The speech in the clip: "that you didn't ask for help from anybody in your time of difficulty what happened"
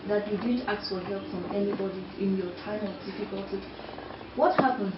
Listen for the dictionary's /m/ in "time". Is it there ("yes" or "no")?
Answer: yes